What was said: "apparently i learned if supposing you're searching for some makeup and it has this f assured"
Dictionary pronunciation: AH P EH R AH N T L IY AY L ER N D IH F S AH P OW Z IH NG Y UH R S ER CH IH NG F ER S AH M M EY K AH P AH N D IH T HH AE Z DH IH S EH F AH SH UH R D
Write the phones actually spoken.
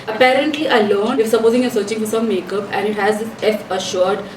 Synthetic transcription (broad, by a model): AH P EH R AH N T L IY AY L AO N IH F S AH P OW Z IH NG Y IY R S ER CH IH NG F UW S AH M M EY K AH P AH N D IH T HH AE Z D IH S EH F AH SH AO R D